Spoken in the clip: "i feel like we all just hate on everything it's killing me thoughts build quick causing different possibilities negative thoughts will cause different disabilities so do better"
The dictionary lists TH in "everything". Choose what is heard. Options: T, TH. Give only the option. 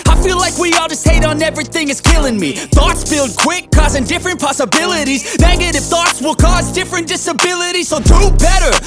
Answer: TH